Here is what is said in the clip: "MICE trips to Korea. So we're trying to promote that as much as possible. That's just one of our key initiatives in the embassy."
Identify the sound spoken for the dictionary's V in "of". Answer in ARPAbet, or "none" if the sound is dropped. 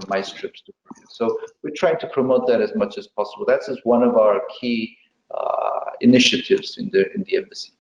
V